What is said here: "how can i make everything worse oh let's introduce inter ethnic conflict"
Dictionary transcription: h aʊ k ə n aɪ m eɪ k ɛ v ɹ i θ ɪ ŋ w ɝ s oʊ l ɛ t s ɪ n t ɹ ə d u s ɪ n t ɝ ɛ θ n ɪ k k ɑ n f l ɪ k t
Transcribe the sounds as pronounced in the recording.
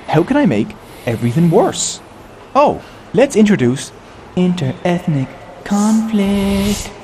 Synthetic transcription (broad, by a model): h aʊ k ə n aɪ m eɪ k ɛ v ɹ i θ ɪ ŋ w ɝ s oʊ l ɛ t s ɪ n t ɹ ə d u s ɪ n t ɝ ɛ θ n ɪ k k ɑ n f l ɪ k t